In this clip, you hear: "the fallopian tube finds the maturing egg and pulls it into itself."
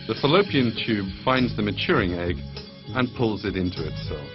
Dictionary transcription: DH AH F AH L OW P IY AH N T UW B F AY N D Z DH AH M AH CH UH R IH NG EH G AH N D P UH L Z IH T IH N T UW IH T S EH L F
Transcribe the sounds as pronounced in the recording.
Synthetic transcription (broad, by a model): DH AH F AH L OW P IY AH N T UW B F AY N D Z DH AH M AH CH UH R IH NG EH G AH N P UH L Z IH T IH N T UW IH T S EH L F